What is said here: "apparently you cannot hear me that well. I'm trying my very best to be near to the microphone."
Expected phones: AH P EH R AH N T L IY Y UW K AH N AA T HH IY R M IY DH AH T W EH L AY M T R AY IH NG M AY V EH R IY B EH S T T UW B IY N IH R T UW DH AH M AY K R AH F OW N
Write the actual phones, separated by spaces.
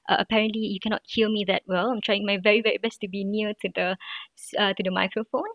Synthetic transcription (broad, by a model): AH P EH R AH N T L IY Y UW K AH N AA T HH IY L M IY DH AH T W EH L AY M T R AY IH NG M AY V EH R IY B EH S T T UW B IY N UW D T UW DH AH M AY K R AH F OW N